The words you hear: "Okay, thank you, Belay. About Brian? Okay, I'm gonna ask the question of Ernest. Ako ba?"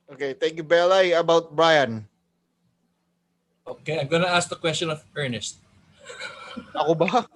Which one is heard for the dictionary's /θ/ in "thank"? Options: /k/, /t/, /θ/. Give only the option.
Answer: /t/